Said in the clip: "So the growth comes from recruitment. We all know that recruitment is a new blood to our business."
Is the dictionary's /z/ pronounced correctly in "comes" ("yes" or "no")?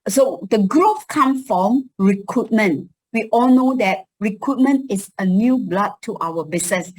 no